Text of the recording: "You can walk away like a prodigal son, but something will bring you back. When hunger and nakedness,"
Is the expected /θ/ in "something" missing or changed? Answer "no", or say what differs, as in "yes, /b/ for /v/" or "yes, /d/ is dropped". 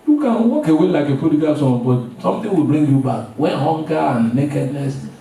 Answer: yes, /t/ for /θ/